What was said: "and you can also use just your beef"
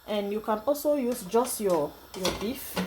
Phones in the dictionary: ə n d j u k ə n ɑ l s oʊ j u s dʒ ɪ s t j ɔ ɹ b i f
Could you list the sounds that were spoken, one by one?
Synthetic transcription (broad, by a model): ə n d j u k ə n ɑ l s oʊ j u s dʒ ɪ s t j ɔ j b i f